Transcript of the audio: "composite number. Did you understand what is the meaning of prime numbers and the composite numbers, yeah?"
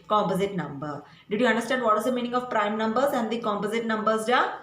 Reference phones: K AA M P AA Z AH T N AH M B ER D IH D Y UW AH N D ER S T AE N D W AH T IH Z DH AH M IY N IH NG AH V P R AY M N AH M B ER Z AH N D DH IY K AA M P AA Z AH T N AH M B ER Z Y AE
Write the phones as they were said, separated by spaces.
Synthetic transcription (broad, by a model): K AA M P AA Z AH T N AH M B ER D IH D Y UW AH N D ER S T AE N D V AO T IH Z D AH M IY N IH NG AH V P R AY M N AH M B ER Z AH N D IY K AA M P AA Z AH T N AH M B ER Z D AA